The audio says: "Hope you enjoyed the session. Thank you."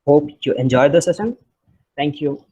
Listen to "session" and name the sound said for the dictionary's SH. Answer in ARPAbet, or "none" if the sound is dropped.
S